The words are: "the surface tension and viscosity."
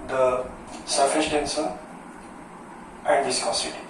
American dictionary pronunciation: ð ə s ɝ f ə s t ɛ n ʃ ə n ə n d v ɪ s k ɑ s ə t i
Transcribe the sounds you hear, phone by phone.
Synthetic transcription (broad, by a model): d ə s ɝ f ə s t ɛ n s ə ə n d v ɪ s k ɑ s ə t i